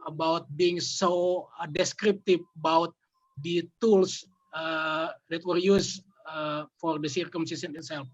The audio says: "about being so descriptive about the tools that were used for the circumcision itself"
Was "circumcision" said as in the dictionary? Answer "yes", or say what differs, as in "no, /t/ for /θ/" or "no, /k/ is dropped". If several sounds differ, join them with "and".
no, /s/ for /ʒ/